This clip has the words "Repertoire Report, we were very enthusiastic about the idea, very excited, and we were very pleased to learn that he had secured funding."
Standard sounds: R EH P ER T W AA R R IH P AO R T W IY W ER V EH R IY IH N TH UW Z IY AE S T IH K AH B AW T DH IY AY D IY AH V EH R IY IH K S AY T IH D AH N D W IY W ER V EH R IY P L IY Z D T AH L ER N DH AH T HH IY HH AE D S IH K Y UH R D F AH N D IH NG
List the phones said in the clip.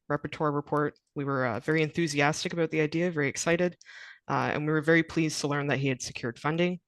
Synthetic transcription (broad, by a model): R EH P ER T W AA R R IH P AO R T W IY W ER V EH R IY IH N TH UW Z IY AE S T IH K AH B AW T DH IY AY D IY AH V EH R IY IH K S AY T IH D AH N W IY W ER V EH R IY P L IY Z T AH L ER N DH AH T HH IY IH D S IH K Y UH R D F AH N D IH NG